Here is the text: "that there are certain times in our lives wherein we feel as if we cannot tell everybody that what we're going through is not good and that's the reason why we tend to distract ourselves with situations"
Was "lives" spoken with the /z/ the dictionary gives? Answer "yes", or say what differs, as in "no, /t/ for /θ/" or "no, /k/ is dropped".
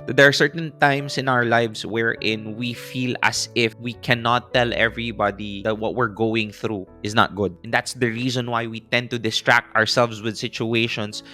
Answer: no, /s/ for /z/